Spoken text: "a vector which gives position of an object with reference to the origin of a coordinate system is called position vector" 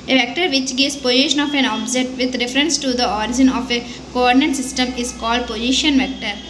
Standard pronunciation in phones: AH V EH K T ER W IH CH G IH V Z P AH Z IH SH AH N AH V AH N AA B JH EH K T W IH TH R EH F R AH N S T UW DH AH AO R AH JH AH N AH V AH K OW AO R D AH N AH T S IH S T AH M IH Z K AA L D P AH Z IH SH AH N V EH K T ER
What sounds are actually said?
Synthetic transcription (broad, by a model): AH V EH K T ER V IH CH G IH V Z P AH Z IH SH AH N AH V AH N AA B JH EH T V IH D R EH F R AH N S T UW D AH AO R AH JH AH N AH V AH K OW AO R D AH N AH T S IH S T AH M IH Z K AA L D P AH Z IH SH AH N V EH K T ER